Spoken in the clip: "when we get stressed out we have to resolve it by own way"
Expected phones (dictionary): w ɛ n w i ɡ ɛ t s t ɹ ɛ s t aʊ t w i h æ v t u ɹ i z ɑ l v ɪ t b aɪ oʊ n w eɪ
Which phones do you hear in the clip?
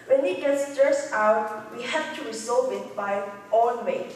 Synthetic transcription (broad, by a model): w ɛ n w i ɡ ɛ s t ɛ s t aʊ t w i h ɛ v t u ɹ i s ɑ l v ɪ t b aɪ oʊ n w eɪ